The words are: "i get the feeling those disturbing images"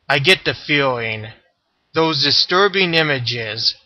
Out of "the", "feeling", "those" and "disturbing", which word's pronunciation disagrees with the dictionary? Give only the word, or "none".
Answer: none